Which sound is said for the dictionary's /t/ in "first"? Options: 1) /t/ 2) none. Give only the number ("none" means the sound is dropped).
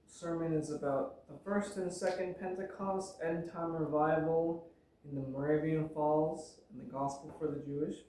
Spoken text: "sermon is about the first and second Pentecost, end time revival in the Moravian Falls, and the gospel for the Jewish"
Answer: 1